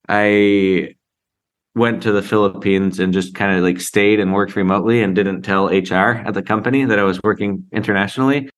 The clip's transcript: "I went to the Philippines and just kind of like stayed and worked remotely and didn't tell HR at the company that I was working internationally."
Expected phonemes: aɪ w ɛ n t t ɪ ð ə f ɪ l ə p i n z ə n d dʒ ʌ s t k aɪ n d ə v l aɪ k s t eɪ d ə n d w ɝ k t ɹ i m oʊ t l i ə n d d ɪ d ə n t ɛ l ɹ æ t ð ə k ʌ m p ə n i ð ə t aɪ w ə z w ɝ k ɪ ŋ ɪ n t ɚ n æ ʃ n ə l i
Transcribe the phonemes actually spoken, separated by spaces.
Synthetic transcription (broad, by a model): aɪ w ɛ n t t ɪ ð ə f ɪ l ə p i n z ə n dʒ ʌ s k aɪ n d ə l aɪ k s t eɪ d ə n w ɝ k t ɹ i m oʊ t l i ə n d d ɪ d n t ɛ l ɹ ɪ t ð ə k ʌ m p ə n i ð ə t aɪ w ə z w ɝ k ɪ ŋ ɪ n t ɚ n æ ʃ n l i